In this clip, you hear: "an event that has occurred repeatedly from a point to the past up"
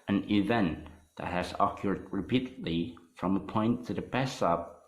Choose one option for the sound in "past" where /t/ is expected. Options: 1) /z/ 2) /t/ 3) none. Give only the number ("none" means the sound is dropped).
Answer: 3